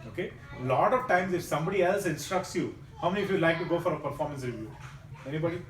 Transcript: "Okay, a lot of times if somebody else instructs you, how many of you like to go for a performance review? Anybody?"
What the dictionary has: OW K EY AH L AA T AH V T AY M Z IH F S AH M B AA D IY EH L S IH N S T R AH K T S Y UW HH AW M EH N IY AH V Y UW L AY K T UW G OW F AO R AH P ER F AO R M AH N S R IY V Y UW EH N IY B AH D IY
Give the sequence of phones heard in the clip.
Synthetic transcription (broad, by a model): OW K EY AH L AA T AH V T AY M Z IH F S AH M B AA D IY EH L S IH N S T R AH K T S Y UW HH AW M EH N IY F Y UW L AY K T UW G OW F AO R AH P ER F AO R M AH N S R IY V Y UW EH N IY B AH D IY